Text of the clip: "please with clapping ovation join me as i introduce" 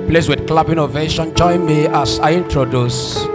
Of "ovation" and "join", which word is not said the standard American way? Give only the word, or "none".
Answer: none